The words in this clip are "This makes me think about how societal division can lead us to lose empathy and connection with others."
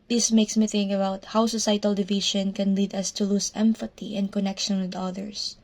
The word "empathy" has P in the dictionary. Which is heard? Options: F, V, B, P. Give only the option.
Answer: F